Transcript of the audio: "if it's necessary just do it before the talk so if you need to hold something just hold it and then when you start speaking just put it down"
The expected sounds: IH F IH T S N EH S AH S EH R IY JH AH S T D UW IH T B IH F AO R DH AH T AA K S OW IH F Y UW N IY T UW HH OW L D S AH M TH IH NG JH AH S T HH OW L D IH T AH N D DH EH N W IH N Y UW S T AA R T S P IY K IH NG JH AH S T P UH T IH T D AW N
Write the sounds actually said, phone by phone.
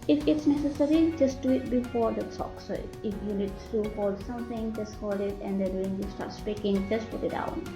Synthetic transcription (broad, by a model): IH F IH T S N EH S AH S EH R IY JH AH S T D UW IH T B IH F AO R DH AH S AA K S OW IH F Y UW N IY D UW HH OW L D S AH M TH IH NG JH AH S T HH OW L D IH T AH N D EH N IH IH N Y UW S T AA R T S P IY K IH NG JH AH S T P UH T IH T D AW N